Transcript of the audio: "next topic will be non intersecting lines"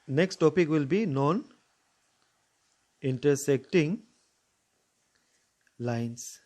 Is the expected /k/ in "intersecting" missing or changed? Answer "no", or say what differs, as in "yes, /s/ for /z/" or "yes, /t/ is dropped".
no